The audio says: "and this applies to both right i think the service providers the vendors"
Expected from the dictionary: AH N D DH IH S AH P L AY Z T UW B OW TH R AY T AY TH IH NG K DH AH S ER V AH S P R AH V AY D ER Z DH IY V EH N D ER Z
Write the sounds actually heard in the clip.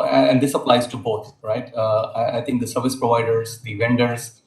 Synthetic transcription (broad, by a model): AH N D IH S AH P L AY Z T UW B OW T R AY T AY T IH NG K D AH S ER V AH S P R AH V AY D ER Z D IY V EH N D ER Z